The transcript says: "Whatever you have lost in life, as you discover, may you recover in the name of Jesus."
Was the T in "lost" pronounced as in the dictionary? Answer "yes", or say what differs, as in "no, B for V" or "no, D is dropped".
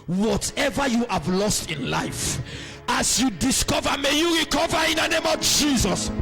yes